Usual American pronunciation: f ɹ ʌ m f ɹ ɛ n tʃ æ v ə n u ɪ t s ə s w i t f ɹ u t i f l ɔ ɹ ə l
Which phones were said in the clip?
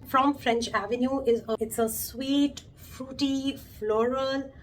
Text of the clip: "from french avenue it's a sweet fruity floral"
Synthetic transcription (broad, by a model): f ɹ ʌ m f ɹ ɛ n tʃ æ v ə n u ɪ t s ə s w i t f ɹ u t i f l ɔ ɹ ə l